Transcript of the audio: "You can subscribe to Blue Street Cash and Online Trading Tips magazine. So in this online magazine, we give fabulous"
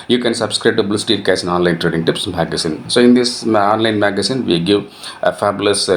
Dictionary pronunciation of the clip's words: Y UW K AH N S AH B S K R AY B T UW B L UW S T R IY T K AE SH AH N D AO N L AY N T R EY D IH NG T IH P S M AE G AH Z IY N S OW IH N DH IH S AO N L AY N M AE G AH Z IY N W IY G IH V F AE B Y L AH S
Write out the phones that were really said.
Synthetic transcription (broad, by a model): Y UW K AH N S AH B S K R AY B T UW B L UW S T IY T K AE S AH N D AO N L AY N T R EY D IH NG T IH P S M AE G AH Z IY N S OW IH N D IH S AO N L AY N M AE G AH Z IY N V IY G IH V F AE B L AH S